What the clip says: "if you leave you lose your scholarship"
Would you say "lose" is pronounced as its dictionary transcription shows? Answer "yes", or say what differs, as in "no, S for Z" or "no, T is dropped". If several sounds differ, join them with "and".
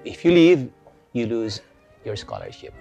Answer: yes